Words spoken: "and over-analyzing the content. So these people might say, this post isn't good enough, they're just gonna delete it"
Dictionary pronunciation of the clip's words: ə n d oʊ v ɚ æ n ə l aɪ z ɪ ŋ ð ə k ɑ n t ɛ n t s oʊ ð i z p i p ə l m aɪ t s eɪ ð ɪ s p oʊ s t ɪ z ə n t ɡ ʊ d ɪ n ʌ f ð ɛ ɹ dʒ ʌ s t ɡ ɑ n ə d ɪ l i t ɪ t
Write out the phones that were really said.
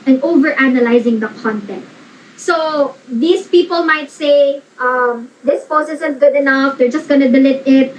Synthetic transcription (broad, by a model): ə n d oʊ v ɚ æ n ə l aɪ z ɪ ŋ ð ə k ɑ n t ɛ n t s oʊ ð i s p i p ə l m aɪ t s eɪ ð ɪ s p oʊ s ɪ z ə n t ɡ ʊ d ɪ n ʌ f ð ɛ ɹ dʒ ʌ s t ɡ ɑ n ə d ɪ l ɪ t ɪ t